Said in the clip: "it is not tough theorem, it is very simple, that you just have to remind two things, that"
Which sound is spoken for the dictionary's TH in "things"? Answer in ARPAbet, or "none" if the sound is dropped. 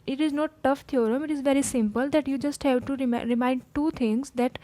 T